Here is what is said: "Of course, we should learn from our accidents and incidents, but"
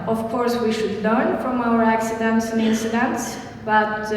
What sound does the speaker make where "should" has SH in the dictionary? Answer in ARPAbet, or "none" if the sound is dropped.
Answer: SH